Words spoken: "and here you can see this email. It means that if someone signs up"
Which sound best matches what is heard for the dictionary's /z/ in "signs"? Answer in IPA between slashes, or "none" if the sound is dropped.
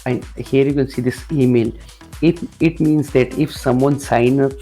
none